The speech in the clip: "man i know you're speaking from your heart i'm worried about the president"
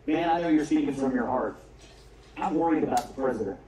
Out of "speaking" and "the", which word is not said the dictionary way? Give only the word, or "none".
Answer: speaking